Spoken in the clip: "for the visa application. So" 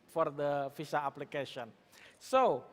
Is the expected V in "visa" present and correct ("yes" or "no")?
no